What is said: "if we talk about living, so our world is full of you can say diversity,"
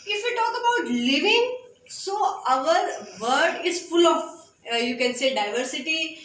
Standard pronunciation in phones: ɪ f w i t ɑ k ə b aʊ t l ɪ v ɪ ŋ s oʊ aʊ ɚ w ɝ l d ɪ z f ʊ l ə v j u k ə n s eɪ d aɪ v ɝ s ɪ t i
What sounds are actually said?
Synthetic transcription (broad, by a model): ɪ f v i t ɑ k ə b aʊ t l ɪ v ɪ ŋ s oʊ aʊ ɚ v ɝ d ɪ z f ʊ l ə f j u k ə n s eɪ d aɪ v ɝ s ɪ t i